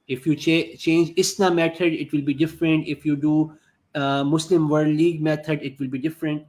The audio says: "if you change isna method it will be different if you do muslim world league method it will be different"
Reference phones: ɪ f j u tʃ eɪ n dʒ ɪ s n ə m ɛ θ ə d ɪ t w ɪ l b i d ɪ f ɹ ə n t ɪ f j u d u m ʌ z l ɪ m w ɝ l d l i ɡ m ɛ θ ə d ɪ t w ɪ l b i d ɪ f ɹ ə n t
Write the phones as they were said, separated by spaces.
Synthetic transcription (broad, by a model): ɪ f j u tʃ eɪ n dʒ ɪ s n ə m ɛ t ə d ɪ t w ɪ l b i d ɪ f ɹ ə n t ɪ f j u d u m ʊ s l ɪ m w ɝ d l i ɡ m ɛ t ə d ɪ t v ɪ l b i d ɪ f ɹ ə n t